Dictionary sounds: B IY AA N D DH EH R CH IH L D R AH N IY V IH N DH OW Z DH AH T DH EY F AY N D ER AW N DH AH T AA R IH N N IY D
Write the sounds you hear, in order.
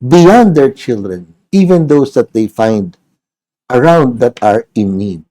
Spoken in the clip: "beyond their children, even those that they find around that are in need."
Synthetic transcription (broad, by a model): B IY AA N D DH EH R CH IH L D R AH N IY V IH N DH OW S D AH T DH EY F AY N D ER AW N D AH T AA R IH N N IY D